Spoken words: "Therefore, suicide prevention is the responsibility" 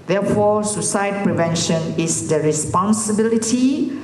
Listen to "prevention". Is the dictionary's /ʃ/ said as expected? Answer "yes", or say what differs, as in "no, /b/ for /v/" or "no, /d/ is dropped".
yes